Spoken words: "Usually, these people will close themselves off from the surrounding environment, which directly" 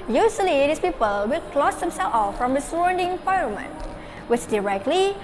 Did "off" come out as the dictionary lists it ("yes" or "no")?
yes